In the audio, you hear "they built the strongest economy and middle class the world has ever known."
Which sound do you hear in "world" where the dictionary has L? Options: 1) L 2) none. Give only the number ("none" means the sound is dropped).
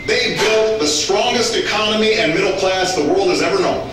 1